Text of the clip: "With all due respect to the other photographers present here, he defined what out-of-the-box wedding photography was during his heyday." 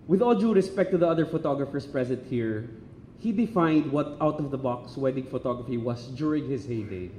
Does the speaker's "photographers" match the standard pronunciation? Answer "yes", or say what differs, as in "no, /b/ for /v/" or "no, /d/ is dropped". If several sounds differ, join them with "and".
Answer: no, /s/ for /z/